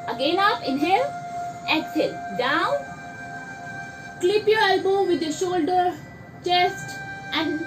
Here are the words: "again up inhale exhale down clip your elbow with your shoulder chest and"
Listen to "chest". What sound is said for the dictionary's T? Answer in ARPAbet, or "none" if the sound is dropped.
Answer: T